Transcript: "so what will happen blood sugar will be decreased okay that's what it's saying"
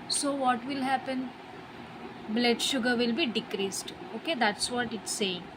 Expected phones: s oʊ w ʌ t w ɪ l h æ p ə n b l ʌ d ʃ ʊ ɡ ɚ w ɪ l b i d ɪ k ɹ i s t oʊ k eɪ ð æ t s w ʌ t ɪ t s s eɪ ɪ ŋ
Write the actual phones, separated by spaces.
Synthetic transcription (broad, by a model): s oʊ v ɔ t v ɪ l h æ p ə n b l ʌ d ʃ ʊ ɡ ɚ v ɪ l b i d ɪ k ɹ i s t oʊ k eɪ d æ t s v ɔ t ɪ t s s eɪ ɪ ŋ